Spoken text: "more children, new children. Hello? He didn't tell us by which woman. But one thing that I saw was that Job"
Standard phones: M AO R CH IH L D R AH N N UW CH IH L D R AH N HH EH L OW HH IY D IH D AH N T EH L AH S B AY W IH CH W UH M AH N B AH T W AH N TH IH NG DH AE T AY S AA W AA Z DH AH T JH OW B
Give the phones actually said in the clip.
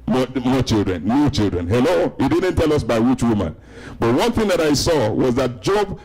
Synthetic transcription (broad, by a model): M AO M CH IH L D R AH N N UW CH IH L D R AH N HH EH L OW HH IY D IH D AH N T EH L AH S B AY W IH CH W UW M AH N B AH T W AH N TH IH NG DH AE T AY S AA W AA Z DH AH T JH OW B